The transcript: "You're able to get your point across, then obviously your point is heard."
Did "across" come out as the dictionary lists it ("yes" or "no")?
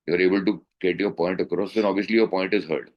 yes